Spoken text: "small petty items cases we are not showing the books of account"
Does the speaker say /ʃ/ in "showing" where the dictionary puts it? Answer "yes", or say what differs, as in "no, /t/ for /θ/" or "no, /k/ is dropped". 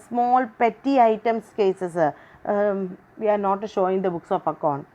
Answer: yes